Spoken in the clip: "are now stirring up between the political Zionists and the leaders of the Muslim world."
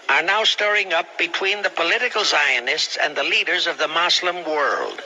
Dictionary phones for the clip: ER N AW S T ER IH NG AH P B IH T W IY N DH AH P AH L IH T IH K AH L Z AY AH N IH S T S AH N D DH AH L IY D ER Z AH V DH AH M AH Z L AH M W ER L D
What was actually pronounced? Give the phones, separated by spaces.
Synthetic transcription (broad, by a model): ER N AW S T ER IH NG AH P B IH T W IY N DH AH P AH L IH T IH K L S AY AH N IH S T S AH N DH AH L IY D ER Z AH V DH AH M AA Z L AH M W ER L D